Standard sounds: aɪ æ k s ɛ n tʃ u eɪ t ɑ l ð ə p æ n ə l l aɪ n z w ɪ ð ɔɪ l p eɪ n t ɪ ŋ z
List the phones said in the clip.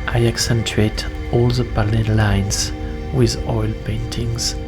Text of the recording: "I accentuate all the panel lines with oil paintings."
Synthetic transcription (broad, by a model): aɪ æ k s ɛ n tʃ u eɪ t ɑ l ð ə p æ l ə n l aɪ n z w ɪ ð ɔɪ l p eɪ n t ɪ ŋ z